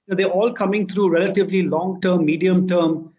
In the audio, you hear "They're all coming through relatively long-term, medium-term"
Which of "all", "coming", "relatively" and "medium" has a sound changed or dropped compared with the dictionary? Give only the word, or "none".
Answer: none